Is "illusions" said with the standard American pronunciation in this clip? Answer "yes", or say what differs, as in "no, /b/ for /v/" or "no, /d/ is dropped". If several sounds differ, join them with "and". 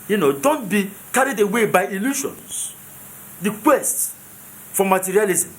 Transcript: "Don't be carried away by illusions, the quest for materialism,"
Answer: no, /ʃ/ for /ʒ/